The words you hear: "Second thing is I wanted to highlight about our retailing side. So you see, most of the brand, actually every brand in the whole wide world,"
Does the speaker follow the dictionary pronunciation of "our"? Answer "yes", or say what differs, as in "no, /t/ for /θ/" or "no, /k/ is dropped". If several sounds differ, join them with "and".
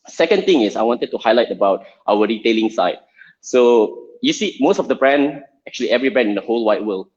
no, /w/ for /ɹ/